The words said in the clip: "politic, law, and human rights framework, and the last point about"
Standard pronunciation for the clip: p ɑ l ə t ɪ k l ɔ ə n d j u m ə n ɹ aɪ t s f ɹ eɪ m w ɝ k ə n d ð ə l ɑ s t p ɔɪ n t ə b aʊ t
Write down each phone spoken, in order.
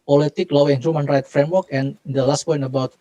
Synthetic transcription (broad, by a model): p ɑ l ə t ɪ k l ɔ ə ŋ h j u m ə n ɹ aɪ t f ɹ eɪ m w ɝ k ə n d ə l ɑ s t p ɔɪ n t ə b aʊ t